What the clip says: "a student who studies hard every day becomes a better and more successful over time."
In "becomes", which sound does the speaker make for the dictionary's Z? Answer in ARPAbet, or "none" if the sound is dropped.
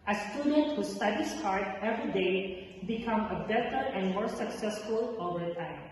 none